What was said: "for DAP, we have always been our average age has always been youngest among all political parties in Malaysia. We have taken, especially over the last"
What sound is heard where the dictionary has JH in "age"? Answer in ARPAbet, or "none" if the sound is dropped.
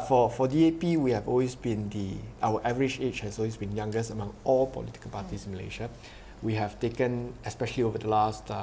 CH